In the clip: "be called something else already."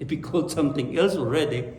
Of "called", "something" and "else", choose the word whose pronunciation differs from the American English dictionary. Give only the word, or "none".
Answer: something